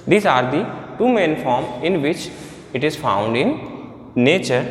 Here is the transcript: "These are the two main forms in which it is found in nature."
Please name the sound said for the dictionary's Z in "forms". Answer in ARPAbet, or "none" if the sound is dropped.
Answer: none